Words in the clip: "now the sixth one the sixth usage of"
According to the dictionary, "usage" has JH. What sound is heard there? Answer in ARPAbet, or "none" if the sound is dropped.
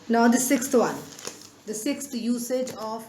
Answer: JH